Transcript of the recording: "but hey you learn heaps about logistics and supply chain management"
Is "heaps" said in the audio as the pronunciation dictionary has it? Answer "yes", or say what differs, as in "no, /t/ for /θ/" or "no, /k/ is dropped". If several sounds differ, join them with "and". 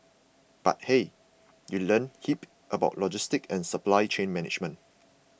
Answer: no, /s/ is dropped